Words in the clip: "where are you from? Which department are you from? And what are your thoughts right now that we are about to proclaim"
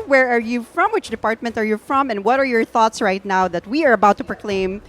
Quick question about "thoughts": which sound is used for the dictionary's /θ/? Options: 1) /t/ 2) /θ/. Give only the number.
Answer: 2